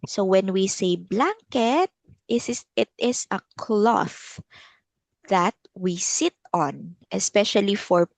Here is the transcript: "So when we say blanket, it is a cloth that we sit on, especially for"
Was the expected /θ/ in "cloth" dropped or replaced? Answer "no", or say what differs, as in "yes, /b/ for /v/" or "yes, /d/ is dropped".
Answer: no